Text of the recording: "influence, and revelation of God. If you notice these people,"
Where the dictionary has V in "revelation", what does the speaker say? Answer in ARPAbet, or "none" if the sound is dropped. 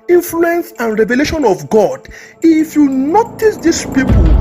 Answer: V